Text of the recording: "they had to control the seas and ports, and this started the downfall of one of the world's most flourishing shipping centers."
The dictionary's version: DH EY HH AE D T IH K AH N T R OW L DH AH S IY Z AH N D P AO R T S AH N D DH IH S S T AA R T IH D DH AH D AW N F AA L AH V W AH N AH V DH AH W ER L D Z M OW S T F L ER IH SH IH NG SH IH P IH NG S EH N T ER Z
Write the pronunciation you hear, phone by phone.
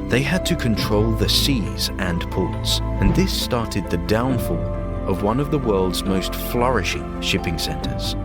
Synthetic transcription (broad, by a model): DH EY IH D T IH K AH N T R OW L DH AH S IY Z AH N P AO R T S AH N DH IH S S T AA R T IH D DH AH D AW N F AA L AH V W AH N AH V DH AH W ER L D Z M OW S T F L ER IH SH IH NG SH IH P IH NG S EH N T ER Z